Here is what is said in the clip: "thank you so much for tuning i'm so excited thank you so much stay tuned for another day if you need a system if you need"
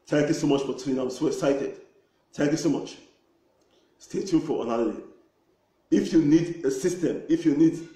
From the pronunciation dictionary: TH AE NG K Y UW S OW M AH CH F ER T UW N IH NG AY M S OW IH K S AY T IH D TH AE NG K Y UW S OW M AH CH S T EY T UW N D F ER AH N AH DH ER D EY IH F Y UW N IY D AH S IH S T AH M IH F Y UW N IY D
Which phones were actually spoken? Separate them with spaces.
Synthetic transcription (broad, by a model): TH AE NG K Y UW S OW M AH CH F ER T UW IH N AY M S OW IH S AY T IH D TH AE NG K Y UW S OW M AH CH S T EY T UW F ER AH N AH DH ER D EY IH F Y UW N IY D AH S IH S T AH M IH F Y UW N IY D